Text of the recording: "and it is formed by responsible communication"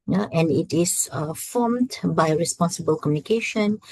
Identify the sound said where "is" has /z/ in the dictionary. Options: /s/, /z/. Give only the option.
/s/